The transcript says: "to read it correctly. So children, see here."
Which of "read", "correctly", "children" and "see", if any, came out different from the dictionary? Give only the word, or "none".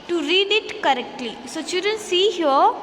children